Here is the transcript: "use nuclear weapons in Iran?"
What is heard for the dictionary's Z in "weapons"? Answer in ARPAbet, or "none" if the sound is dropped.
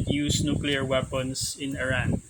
S